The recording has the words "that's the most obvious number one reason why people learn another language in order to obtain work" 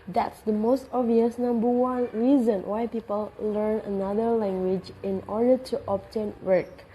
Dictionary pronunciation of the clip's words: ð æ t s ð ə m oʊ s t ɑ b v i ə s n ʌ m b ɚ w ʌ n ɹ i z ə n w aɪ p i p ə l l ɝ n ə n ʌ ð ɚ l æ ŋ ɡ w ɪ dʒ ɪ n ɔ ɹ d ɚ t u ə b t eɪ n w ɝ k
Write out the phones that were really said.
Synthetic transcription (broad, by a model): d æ t s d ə m oʊ s t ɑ v i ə s n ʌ m b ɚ w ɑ n ɹ i z ə n w aɪ p i p ə l l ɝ n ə n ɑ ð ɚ l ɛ ŋ ɡ w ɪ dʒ ɪ n ɔ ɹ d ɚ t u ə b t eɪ n w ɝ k